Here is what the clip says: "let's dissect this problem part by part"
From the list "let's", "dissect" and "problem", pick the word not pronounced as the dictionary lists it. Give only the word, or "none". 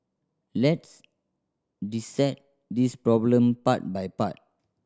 dissect